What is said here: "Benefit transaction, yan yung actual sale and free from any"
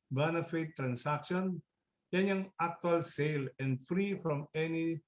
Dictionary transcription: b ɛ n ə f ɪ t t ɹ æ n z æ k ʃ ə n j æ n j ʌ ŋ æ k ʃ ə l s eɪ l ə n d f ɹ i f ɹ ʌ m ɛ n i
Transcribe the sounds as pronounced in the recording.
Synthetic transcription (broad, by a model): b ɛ n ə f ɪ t t ɹ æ n s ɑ k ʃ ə n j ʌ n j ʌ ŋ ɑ k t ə l s eɪ l ə n d f ɹ i f ɹ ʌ m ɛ n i